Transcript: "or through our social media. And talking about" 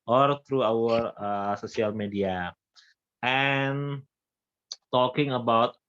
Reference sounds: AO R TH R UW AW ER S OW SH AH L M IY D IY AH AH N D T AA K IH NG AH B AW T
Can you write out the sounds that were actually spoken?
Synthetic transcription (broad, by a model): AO R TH R UW AW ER S OW S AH L M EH D IY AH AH N T AA K IH NG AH B AW T